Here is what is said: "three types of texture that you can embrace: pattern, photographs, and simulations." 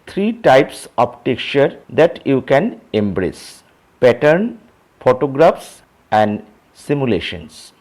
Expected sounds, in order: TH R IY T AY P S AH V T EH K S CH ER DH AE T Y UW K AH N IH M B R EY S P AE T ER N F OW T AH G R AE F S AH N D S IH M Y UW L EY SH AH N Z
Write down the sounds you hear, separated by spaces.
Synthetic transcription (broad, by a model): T R IY T AY P S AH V T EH K CH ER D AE T Y UW K AH N IH M B R EY S P AE T ER N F OW T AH G R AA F S AH N D S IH M Y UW L EY SH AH N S